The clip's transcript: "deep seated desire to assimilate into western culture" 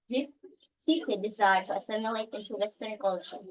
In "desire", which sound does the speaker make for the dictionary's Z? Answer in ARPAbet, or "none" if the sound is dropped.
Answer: Z